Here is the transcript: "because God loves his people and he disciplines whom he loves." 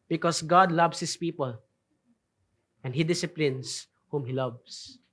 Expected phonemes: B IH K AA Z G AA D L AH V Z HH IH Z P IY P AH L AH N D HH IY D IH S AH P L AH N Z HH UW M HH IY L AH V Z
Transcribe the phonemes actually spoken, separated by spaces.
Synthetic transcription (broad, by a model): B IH K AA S G AA D L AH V S HH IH S P IY P AH L AH N D HH IY D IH S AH P L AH N S HH UW M HH IY L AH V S